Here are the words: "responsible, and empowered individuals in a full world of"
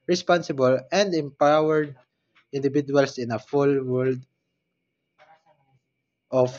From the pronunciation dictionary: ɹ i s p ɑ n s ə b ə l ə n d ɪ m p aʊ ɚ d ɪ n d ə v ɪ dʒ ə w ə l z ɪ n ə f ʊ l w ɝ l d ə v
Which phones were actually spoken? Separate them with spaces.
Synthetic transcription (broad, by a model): ɹ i s p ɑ n s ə b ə l ə n d ɪ m p aʊ ɚ d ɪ n d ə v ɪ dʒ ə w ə l s ɪ n ə f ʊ l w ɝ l d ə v